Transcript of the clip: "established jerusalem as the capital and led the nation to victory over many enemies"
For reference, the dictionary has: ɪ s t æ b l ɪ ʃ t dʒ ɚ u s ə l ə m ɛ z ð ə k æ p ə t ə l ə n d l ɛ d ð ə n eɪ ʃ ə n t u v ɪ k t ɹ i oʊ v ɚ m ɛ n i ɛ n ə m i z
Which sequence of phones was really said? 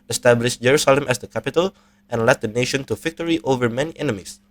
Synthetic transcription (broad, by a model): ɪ s t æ b l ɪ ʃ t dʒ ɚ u s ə l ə m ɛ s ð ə k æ p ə t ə l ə n l ɛ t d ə n eɪ ʃ ə n t u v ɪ k t ɹ i oʊ v ɚ m ɛ n i ɛ n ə m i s